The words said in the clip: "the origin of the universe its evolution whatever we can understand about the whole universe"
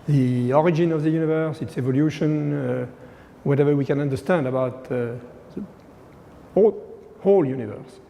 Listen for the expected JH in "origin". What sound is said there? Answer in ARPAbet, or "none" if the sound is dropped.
JH